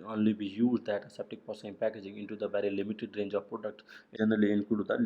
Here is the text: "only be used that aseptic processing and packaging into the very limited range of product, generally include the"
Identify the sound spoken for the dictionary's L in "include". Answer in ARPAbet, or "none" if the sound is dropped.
none